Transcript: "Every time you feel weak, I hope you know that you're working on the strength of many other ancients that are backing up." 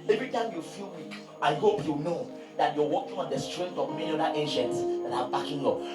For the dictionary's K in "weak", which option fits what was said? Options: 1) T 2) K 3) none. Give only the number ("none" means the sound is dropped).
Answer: 3